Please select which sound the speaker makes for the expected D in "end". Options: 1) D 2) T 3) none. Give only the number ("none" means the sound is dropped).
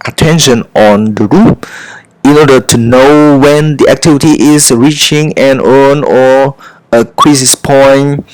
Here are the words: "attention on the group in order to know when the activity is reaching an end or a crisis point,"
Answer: 3